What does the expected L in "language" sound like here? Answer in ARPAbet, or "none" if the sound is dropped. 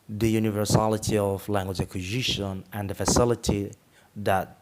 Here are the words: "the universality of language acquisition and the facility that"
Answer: L